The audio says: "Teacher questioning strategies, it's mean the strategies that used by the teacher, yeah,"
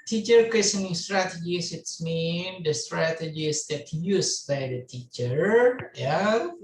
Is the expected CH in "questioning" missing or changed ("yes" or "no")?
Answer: yes